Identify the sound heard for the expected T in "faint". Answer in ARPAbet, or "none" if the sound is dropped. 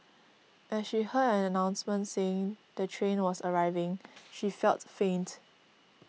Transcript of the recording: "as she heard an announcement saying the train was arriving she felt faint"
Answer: T